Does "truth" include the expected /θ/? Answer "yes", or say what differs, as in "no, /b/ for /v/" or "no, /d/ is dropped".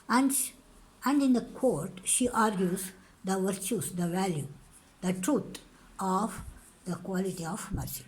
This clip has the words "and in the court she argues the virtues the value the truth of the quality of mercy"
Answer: no, /t/ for /θ/